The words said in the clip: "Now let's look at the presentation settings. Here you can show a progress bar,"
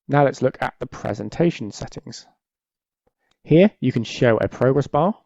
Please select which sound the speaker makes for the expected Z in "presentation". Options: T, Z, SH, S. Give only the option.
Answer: Z